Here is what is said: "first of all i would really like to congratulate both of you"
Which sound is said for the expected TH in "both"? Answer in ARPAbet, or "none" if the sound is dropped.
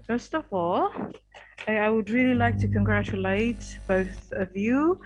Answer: TH